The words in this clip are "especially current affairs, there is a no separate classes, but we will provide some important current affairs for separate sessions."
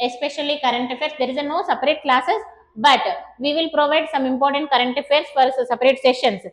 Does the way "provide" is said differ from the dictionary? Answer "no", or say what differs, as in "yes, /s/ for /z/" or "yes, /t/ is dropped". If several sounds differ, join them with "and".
no